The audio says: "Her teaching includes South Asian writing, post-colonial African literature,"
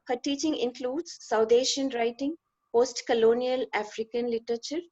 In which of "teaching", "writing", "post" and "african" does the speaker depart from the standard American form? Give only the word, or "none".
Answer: none